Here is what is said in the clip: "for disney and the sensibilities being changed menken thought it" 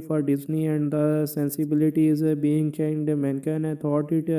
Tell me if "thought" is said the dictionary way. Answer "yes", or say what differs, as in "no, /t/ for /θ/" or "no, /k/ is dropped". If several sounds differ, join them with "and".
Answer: no, /t/ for /θ/